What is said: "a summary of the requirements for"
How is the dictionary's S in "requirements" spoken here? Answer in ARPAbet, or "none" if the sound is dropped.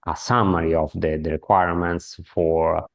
S